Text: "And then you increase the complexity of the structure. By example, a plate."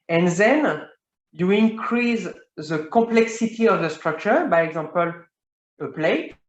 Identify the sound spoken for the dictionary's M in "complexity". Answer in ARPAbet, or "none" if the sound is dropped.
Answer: none